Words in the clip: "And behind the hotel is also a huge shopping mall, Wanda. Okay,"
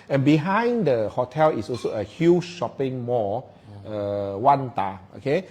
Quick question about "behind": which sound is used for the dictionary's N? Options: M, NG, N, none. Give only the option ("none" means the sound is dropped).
N